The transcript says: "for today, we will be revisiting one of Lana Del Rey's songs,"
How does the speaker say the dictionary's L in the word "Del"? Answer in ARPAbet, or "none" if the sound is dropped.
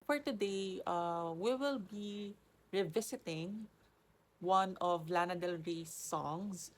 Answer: L